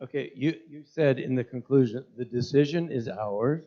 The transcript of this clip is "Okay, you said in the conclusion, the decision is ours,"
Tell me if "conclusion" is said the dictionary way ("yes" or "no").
yes